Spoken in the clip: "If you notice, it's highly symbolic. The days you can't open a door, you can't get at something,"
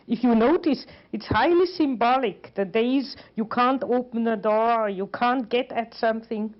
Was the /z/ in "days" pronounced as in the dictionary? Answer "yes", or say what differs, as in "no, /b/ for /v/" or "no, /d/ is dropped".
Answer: yes